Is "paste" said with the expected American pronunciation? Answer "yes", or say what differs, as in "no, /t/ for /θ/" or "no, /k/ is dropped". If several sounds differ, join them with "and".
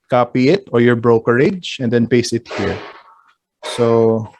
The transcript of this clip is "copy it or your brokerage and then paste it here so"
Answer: no, /t/ is dropped